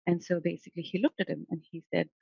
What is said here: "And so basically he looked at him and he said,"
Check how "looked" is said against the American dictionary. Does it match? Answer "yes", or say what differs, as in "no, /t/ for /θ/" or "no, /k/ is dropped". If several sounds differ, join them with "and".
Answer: yes